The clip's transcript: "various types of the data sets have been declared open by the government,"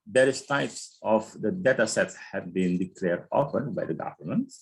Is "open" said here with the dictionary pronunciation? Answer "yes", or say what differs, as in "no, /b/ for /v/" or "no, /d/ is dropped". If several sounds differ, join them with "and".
no, /f/ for /p/